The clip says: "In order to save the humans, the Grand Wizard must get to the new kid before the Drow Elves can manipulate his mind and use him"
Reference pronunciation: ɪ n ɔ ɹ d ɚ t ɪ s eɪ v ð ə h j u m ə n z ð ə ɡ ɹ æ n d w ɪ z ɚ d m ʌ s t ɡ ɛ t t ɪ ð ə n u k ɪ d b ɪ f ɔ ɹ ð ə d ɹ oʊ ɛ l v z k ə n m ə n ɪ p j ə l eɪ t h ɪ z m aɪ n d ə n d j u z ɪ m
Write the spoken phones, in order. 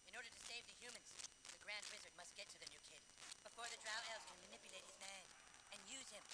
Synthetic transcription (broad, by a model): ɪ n ɔ ɹ d ɚ t ɪ s eɪ v ð ə h j u m ə n z ð ə ɡ ɹ æ n d w ɪ z ɚ d m ʌ s t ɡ ɛ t t ɪ ð ə n u k ɪ d b ɪ f ɔ ɹ ð ə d ɹ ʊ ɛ l z k ə n m ə n ɪ p j ə l eɪ t h ɪ z m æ n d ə n j u z ɪ m